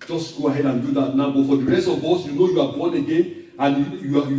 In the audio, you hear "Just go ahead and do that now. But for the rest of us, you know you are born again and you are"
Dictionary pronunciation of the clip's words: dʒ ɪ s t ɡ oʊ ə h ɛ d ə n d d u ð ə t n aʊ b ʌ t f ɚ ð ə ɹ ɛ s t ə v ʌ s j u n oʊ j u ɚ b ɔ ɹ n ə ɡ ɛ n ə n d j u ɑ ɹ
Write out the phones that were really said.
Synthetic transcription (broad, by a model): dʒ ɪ s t ɡ oʊ ə h ɛ d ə n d d u ð ə t n aʊ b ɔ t f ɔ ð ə ɹ ɛ s t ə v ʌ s j u n oʊ j u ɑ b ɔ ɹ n ə ɡ ɛ n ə n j j u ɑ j